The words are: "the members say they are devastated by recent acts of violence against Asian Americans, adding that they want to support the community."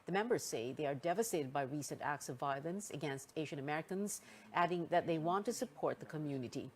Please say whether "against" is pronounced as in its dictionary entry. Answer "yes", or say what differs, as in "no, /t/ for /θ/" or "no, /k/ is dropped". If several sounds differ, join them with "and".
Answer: yes